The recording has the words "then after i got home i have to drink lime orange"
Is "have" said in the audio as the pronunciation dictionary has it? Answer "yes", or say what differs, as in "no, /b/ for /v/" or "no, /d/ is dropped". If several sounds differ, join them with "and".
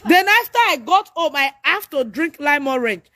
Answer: no, /f/ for /v/